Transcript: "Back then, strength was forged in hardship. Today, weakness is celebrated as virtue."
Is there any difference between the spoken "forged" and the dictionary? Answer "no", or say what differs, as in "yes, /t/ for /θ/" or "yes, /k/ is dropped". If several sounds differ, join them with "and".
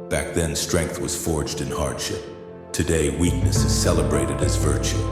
no